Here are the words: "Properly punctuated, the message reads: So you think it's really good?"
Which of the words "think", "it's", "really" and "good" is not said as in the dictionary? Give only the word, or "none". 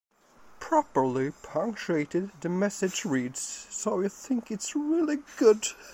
none